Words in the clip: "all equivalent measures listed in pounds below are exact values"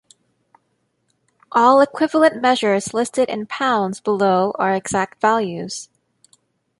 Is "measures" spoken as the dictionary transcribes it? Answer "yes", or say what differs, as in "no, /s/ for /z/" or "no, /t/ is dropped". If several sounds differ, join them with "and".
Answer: yes